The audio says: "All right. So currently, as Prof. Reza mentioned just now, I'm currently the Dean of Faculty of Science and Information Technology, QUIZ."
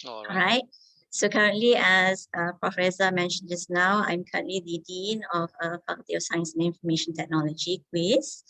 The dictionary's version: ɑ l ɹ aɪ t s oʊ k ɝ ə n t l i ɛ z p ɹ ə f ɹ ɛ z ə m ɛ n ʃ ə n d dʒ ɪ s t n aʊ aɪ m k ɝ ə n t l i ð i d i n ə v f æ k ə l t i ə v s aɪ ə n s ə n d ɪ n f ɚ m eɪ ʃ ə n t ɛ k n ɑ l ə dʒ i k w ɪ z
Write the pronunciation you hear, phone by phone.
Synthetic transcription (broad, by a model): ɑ ɹ aɪ t s oʊ k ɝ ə n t l i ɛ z p ɹ ə f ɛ s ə m ɛ n ʃ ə n dʒ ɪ s n aʊ aɪ m k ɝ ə n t l i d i d i n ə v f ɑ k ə t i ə s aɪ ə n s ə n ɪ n f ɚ m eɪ ʃ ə n t ɛ k n ɑ l ə dʒ i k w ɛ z